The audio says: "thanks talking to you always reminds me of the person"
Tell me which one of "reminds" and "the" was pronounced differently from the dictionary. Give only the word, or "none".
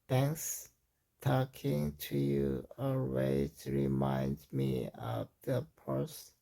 reminds